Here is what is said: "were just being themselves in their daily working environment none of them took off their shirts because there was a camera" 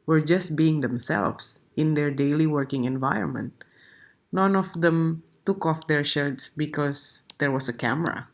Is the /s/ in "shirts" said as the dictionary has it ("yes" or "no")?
yes